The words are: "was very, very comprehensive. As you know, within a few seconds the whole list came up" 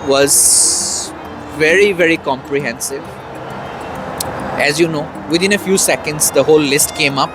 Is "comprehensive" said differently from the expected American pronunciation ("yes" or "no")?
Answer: no